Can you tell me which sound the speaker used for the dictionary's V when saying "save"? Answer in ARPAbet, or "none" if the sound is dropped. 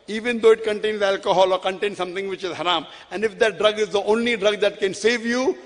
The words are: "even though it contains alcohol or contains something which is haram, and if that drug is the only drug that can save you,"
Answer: V